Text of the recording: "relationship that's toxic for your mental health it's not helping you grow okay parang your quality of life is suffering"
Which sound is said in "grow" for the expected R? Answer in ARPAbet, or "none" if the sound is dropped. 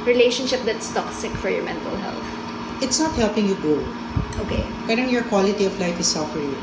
none